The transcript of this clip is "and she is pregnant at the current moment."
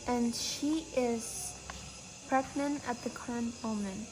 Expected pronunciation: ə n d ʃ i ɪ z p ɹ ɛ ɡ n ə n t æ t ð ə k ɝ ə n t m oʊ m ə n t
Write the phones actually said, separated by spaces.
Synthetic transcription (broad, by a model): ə n ʃ i ɪ z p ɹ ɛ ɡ n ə n æ t ð ə k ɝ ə n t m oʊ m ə n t